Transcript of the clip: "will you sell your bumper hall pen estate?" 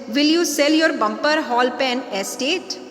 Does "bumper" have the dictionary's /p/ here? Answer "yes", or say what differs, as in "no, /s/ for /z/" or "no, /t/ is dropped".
yes